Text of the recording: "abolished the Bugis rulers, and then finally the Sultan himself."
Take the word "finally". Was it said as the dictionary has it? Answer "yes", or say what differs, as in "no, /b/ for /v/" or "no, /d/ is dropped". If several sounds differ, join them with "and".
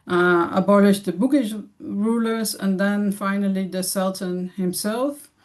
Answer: yes